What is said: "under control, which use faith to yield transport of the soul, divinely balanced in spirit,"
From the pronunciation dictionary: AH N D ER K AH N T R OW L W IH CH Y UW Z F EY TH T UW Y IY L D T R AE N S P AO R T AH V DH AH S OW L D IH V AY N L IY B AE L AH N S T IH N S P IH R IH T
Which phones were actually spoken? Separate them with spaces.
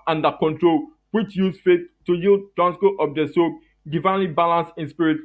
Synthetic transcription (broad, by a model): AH N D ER K AH N T R OW L W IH CH Y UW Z F EY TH T UW Y IY L D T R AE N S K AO T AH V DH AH S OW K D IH V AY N L IY B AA L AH N S IH N S P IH R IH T